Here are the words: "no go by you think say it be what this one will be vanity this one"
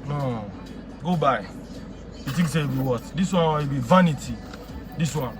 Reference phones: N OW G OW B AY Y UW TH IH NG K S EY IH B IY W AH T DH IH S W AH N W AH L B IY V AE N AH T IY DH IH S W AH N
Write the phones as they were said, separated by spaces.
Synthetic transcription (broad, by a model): N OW G OW B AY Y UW T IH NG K S EY IH B IY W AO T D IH S W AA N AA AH B IY V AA N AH T IY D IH S W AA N